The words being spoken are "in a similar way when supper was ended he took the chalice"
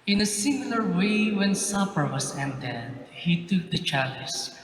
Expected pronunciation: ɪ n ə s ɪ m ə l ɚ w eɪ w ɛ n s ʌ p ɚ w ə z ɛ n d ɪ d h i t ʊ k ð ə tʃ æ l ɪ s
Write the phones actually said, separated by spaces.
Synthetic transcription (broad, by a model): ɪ n ə s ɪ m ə l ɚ w eɪ w ɛ n s ʌ p ɚ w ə s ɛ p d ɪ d h i t ʊ k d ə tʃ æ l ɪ s